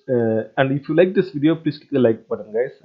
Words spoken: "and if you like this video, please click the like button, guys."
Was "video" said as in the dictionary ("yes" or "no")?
yes